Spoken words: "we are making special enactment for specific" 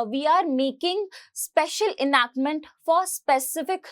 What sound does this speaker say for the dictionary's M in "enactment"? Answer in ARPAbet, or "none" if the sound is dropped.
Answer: M